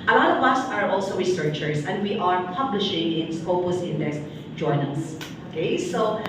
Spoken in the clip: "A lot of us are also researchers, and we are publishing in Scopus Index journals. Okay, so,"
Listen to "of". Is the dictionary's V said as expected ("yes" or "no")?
no